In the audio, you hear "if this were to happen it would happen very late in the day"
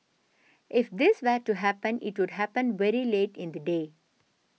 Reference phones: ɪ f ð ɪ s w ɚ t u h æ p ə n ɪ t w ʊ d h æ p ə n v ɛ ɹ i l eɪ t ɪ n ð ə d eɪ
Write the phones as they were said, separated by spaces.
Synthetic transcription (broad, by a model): ɪ f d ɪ s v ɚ t u h æ p ə n ɪ t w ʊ d h æ p ə n v ɛ ɹ i l eɪ t ɪ n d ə d eɪ